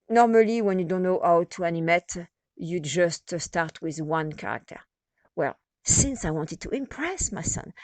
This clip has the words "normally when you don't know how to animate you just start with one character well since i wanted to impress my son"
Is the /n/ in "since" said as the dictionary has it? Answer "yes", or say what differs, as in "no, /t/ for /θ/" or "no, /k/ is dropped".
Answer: yes